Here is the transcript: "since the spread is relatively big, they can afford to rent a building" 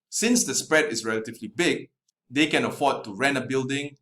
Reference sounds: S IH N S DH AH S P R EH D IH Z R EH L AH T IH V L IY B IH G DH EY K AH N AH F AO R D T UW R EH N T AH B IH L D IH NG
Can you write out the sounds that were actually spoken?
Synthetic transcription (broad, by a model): S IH N S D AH S P R EH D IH S R EH L AH T IH V L IY B IH G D EY K AH N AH F AO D T UW R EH N AH B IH L D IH NG